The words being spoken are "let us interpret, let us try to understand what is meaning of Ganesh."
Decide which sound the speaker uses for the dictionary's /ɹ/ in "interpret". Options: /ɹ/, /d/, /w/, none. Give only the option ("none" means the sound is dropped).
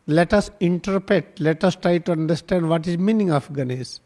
/ɹ/